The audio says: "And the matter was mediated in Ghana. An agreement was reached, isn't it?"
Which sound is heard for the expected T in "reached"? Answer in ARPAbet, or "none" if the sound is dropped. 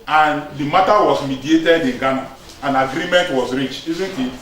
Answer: none